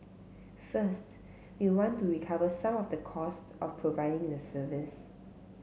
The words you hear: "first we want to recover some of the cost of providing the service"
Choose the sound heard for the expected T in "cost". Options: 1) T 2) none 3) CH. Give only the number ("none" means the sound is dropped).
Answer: 1